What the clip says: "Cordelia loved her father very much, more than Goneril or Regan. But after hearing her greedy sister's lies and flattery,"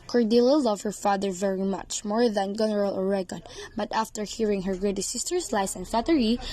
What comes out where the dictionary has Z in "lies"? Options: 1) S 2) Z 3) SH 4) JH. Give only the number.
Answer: 1